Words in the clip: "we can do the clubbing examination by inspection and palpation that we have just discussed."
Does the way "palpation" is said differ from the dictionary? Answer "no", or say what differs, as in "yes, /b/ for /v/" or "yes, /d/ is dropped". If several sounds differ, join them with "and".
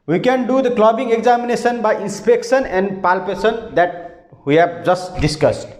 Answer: yes, /s/ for /ʃ/